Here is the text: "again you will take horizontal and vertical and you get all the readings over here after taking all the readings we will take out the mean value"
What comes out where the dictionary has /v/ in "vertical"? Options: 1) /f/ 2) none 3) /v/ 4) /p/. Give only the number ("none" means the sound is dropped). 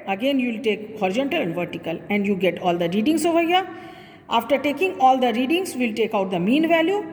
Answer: 3